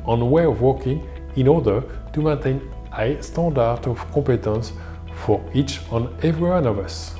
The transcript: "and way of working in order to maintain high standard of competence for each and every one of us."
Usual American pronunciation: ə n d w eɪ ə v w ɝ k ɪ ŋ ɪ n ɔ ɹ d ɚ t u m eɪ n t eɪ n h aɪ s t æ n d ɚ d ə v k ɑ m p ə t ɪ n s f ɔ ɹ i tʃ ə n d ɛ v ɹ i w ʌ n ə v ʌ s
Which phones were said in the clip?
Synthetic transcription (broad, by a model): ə n w eɪ ə v w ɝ k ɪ ŋ ɪ n ɔ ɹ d ɚ t u m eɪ n t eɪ n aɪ s t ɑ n d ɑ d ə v k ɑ p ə t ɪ n s f ɔ ɹ i tʃ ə n ɛ v ɹ i w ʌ n ə v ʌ s